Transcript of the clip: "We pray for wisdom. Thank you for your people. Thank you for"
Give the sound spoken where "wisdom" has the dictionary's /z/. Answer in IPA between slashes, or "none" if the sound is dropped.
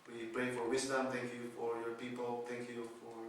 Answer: /s/